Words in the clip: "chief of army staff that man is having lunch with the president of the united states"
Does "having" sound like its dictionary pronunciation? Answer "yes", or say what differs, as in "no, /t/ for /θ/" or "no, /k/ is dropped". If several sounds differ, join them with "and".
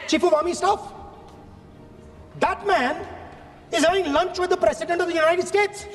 no, /v/ is dropped